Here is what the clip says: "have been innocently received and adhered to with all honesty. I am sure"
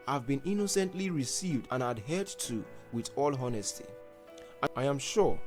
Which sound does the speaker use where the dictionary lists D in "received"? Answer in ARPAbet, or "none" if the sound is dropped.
D